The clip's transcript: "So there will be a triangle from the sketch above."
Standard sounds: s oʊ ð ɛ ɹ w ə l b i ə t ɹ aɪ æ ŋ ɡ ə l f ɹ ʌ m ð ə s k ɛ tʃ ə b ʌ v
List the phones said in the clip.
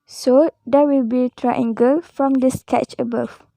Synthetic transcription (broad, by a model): s oʊ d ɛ w ə l b i t ɹ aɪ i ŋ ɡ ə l f ɹ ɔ m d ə s k ɛ tʃ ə b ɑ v